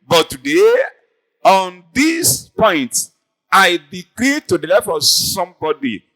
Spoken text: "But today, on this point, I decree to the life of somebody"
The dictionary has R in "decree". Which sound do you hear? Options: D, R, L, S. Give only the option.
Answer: L